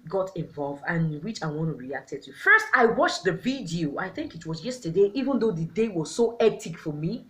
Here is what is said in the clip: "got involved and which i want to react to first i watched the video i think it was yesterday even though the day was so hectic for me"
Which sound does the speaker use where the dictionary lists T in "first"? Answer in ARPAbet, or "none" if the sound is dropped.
T